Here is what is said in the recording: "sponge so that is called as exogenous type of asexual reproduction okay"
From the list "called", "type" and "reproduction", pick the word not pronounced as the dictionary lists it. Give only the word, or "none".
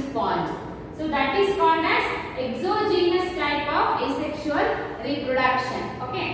called